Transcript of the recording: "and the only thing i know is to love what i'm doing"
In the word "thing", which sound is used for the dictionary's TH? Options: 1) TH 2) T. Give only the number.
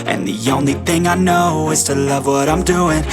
1